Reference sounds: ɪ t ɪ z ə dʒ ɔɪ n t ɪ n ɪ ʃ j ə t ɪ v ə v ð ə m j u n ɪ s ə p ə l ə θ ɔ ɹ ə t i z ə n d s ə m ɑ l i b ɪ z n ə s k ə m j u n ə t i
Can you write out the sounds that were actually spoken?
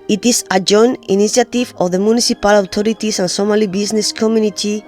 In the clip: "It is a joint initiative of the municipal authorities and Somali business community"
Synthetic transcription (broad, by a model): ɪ t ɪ s ə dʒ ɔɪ n ɪ n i s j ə t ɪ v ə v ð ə m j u n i s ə p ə l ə t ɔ ɹ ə t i s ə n s ə m ɑ l i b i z n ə s k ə m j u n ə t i